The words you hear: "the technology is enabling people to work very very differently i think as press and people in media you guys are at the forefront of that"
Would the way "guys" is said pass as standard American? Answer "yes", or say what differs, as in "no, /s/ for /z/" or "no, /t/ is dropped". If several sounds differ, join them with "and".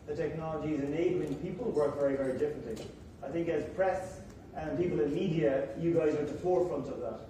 yes